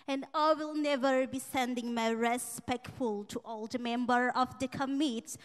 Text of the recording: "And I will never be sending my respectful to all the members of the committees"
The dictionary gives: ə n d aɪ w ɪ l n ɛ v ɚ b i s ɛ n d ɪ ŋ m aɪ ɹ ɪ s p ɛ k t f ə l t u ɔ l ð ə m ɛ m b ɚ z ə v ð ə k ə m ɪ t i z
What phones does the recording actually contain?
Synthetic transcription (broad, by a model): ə n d aɪ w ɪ l n ɛ v ɚ b i s ɛ n d ɪ ŋ m aɪ ɹ ɪ s p ɛ k t f ə l t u ɔ l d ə m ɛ m b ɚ ə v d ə k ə m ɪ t